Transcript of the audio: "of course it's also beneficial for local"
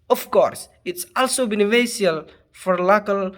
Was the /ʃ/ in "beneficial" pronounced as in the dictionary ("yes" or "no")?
no